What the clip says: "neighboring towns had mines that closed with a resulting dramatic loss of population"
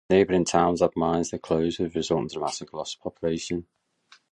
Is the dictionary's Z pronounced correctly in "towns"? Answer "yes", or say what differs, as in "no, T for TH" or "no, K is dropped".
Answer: yes